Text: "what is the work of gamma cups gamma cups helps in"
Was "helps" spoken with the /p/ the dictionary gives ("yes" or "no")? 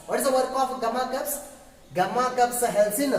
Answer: no